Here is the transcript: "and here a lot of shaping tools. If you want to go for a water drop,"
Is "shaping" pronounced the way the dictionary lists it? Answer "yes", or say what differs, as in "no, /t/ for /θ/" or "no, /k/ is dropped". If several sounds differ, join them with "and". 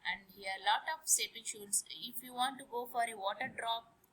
no, /s/ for /ʃ/